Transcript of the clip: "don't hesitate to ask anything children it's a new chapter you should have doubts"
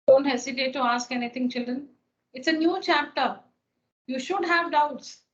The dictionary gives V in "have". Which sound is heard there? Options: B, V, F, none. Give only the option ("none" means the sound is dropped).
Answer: V